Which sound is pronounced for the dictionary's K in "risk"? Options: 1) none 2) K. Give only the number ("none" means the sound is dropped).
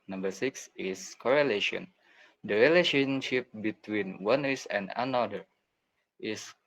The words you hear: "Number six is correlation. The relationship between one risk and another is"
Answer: 1